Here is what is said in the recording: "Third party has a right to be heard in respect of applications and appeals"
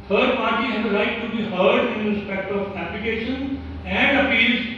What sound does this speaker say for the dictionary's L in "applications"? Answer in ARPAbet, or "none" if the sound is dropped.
none